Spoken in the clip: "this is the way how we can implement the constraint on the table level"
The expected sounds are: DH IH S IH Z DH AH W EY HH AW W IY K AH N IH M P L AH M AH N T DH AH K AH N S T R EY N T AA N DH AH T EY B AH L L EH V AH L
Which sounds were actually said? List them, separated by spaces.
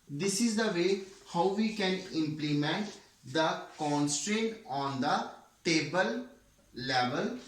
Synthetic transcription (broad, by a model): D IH S IH Z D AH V EY HH AW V IY K AH N IH M P L AH M AH N T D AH K AH N S T R EY N T AA N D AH T EY B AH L L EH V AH L